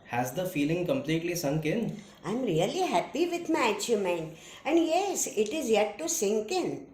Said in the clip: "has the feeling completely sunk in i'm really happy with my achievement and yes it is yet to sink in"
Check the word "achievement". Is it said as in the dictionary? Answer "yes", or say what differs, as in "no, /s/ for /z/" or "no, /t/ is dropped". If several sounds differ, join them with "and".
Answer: no, /v/ is dropped